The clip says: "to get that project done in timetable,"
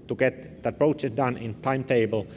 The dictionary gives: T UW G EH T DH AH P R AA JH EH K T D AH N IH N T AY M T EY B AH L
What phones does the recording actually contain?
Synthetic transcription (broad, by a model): T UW G EH T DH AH P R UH CH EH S D AH N IH N T AY M T EY B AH L